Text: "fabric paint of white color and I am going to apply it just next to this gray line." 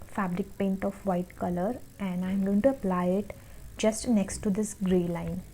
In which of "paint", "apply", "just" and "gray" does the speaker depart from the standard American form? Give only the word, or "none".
none